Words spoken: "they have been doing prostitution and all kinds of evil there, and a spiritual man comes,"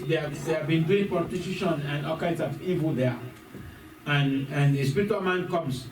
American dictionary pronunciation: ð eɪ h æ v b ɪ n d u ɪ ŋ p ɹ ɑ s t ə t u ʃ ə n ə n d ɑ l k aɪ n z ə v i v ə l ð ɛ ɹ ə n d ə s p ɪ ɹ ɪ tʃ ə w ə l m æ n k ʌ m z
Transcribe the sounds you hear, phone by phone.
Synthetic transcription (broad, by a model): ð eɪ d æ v b ɪ n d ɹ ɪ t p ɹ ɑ t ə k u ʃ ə n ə n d ɑ l k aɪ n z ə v i v ə l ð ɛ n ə n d ə s p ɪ ɹ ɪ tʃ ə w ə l m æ n k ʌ m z